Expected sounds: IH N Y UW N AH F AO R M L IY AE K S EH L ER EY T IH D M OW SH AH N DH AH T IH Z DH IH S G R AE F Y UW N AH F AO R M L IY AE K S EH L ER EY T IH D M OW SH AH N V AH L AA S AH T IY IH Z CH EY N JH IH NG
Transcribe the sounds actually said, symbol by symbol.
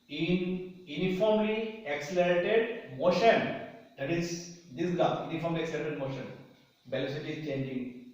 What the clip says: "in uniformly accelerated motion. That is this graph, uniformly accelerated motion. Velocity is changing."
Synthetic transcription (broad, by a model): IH N Y UW N AH F AO R M L IY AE K S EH L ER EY T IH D M OW SH AH N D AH T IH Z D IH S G AA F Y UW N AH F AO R M L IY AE K S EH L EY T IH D M OW SH AH N B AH L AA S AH T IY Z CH EY N JH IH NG